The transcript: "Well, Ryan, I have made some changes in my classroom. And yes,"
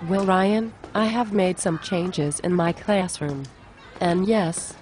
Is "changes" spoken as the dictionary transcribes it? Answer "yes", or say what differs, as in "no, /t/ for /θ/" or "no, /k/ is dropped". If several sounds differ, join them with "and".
yes